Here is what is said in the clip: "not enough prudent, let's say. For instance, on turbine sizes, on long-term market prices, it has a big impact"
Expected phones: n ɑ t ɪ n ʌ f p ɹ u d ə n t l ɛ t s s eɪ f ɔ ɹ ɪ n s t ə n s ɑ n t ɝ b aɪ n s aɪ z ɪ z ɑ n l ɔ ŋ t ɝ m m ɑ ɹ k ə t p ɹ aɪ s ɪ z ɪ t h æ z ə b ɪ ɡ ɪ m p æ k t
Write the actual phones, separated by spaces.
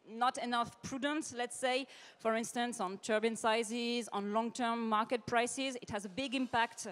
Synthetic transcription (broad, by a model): n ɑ t ɪ n ʌ f p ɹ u d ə n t l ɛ t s s eɪ f ɔ ɹ ɪ n s t ə n s ɑ n t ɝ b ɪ n s aɪ z ɪ z ɑ n l ɔ ŋ t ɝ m m ɑ ɹ k ə t p ɹ aɪ s ɪ z ɪ t h æ z ə b ɪ ɡ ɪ m p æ k t